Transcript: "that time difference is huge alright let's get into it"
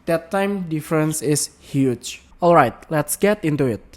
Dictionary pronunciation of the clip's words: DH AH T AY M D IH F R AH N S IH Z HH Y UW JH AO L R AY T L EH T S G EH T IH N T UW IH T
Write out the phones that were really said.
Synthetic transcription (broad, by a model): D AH T AY M D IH F R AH N S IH S HH Y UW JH AO L R AY T L EH T S G EH T IH N T UW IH T